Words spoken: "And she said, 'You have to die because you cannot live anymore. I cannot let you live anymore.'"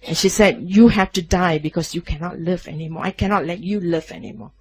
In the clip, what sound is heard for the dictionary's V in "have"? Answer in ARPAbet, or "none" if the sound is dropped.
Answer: F